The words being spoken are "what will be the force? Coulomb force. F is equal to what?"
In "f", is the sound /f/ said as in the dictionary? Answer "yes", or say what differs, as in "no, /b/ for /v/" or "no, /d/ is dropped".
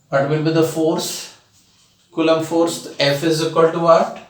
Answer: yes